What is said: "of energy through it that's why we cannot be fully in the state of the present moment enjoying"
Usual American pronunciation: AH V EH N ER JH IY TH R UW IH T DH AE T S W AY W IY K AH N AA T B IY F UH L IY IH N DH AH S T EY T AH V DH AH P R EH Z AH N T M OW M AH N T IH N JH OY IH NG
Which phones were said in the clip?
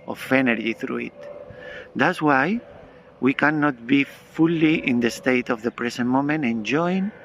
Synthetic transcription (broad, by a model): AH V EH N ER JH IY TH R UW IH T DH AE T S W AY W IY K AH N AA T B IY F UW L IY IH N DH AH S T EY T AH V DH AH P R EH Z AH N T M OW M AH N T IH N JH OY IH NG